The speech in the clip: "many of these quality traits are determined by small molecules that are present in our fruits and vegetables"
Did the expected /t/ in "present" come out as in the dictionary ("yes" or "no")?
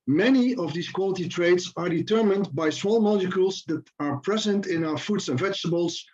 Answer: yes